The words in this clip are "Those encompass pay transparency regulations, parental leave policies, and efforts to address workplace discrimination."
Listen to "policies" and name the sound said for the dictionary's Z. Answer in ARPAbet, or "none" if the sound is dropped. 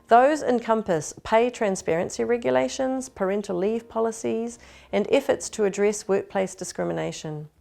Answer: Z